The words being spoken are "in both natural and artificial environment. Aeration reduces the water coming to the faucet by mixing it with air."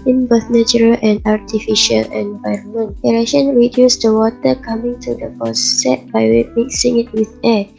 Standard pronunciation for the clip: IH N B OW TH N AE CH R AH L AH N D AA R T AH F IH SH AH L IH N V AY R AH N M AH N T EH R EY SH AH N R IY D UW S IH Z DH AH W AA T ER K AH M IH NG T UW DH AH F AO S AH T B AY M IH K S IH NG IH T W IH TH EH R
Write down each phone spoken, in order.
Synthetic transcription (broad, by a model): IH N B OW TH N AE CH R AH L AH N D AA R T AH F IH SH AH L IH N V AY R AH N M AH N T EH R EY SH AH N R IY D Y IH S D AH W AA T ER K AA M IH NG T UW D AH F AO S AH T B AY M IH K S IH NG IH T W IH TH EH